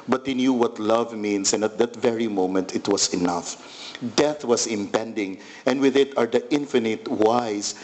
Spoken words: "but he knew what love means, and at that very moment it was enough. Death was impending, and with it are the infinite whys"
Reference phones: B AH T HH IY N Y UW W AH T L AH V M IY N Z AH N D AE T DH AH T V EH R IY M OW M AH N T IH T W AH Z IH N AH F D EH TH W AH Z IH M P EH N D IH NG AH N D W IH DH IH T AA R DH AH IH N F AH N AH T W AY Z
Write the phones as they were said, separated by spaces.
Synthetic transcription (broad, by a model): B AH T HH IY N Y UW W AH T L AH V M IY N S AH N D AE T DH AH T V EH R IY M OW M AH N T IH T W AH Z IH N AH F D EH TH W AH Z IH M P EH N D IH NG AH N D W IH DH IH T AA R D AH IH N F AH N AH T W AY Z